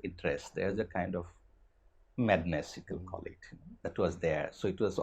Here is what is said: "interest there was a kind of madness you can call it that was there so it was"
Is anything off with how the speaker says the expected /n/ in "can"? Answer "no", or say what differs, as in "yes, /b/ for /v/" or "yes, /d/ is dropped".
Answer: yes, /l/ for /n/